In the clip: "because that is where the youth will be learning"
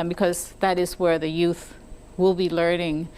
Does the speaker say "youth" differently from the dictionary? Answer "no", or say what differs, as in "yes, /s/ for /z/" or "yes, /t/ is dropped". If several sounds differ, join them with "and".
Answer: no